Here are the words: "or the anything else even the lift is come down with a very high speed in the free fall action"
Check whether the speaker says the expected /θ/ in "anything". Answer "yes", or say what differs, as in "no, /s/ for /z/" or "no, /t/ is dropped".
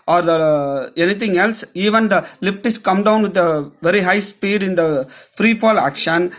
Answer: no, /t/ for /θ/